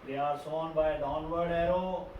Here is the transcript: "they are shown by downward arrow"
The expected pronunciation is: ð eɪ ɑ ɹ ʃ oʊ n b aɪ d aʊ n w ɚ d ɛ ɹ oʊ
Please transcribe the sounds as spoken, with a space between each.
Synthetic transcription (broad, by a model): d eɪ ɑ ɹ s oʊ n b aɪ d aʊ n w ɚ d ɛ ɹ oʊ